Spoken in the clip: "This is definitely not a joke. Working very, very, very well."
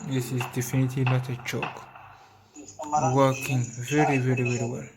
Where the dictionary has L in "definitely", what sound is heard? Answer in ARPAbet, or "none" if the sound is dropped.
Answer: L